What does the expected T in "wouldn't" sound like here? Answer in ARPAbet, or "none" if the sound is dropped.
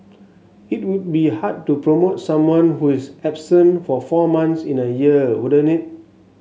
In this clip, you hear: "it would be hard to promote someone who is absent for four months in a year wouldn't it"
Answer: none